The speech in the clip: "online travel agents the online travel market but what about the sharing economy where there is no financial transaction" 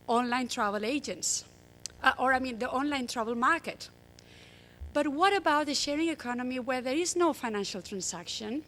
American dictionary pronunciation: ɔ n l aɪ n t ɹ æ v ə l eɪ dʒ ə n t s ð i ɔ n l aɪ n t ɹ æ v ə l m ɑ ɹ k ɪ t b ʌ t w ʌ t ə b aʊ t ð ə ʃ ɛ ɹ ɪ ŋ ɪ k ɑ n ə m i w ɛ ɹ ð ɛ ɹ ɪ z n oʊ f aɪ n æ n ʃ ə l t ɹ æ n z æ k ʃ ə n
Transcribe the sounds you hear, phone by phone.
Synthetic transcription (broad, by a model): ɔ n l aɪ n t ɹ æ v ə l eɪ dʒ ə n t s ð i ɔ n l aɪ n t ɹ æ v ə l m ɑ ɹ k ɪ t b ʌ t w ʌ t ə b aʊ t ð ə ʃ ɛ ɹ ɪ ŋ ɪ k ɑ n ə m i w ɛ ɹ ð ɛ ɹ ɪ z n oʊ f aɪ n æ n ʃ ə l t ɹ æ n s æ k ʃ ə n